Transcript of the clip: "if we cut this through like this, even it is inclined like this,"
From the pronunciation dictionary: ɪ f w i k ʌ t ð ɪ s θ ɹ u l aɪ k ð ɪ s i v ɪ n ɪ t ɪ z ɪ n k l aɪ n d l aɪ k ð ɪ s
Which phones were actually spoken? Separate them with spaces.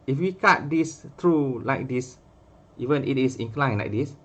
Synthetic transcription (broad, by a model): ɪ f w i k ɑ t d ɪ s t ɹ u l aɪ k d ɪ s i v ɪ n ɪ t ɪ s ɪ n k l aɪ n l aɪ k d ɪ s